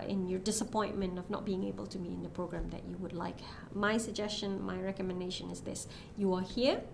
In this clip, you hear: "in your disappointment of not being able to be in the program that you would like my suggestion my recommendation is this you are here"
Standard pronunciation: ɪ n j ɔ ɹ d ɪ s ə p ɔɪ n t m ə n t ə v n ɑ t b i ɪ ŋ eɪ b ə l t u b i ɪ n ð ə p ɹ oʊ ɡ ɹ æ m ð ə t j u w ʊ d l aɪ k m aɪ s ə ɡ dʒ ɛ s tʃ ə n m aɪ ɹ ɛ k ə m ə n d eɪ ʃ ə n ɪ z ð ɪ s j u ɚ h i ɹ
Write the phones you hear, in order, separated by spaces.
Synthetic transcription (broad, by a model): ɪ n j ɔ ɹ d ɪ s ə p ɔɪ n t m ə n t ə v n ɑ t b i ɪ ŋ eɪ b ə l t u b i ɪ n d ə p ɹ oʊ ɡ ɹ æ m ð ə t j u w ʊ d l aɪ k m aɪ s ə ɡ dʒ ɛ s tʃ ə n m aɪ ɹ ɛ k ə m ə n d eɪ ʃ ə n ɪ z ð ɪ s j u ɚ h i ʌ